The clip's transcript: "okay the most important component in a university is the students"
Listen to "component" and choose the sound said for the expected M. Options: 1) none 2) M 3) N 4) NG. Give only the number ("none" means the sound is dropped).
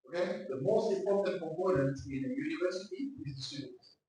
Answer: 1